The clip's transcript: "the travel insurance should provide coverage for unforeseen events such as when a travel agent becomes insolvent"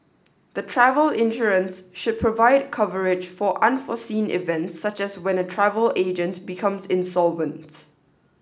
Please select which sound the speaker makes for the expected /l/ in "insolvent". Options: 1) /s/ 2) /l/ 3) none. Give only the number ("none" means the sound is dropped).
2